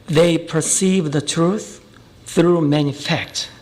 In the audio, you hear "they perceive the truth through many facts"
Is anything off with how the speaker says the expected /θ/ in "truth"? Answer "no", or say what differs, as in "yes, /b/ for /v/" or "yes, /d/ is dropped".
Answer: no